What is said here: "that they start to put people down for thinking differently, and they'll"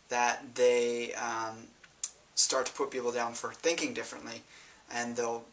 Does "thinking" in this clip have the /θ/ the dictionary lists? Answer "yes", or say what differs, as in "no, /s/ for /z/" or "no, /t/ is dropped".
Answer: yes